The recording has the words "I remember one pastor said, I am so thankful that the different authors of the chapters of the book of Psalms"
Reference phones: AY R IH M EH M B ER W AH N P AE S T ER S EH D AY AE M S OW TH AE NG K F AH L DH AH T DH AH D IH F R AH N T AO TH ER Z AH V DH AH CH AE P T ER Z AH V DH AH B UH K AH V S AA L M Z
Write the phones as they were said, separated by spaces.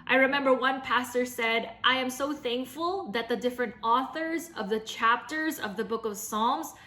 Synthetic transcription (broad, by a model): AY R IH M EH M B ER W AH N P AE S T ER S EH D AY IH M S OW TH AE NG K F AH L DH AH T DH AH D IH F R AH N T AO TH ER Z AH V DH AH CH AE P T ER Z AH V DH AH B UH K AH V S AA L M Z